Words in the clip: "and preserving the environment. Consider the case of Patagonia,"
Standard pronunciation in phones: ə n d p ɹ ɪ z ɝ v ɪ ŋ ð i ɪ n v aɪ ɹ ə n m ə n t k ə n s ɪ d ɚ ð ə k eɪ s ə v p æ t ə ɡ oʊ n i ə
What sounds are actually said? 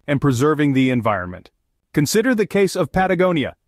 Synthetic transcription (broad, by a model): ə n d p ɹ ɪ z ɝ v ɪ ŋ ð i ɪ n v aɪ ɹ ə n m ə n t k ə n s ɪ d ɚ ð ə k eɪ s ə v p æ t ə ɡ oʊ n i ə